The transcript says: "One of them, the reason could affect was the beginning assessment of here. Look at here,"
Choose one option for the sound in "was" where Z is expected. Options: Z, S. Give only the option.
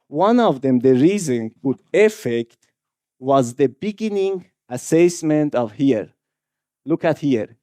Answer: Z